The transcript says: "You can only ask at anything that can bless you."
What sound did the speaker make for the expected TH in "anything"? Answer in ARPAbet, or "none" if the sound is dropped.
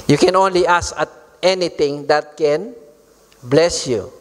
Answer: T